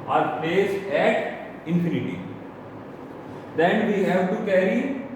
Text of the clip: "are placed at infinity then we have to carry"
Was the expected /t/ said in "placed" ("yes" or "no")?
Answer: no